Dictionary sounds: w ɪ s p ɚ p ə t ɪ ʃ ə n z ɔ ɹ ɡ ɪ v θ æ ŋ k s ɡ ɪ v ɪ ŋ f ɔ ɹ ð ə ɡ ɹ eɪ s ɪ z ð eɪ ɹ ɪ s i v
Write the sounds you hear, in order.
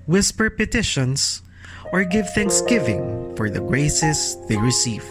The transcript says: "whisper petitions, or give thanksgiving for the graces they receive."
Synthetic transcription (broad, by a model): w ɪ s p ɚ p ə t ɪ ʃ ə n s ɔ ɹ ɡ ɪ v θ æ ŋ k s ɡ ɪ v ɪ ŋ f ɔ ɹ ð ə ɡ ɹ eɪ s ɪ s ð eɪ ɹ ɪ s i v